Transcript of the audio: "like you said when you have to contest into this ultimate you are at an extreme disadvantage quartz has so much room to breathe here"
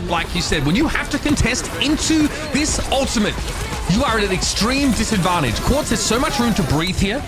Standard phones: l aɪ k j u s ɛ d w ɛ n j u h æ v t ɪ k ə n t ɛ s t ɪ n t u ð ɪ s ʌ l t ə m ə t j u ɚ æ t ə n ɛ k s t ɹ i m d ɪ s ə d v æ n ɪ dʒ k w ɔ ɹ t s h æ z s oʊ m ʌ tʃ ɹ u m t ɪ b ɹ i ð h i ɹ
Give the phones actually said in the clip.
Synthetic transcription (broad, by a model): l aɪ k j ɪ s ɛ d w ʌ n j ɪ h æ f t ɪ k ə n t ɛ s t ɪ n t u ð ɪ s ʌ l t ə m ə t j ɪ ɚ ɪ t ə n ɛ k s t ɹ i m d ɪ s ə d v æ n ɪ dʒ k w ɔ ɹ t s h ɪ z s oʊ m ʌ tʃ ɹ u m t ɪ b ɹ i ð h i ɹ